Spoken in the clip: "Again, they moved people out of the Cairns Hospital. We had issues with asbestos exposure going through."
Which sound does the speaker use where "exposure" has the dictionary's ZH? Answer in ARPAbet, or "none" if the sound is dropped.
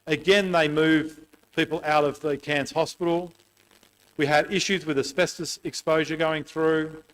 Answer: ZH